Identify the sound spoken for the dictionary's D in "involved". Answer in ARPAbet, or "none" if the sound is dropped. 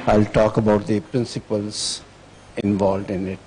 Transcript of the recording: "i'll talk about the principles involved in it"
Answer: D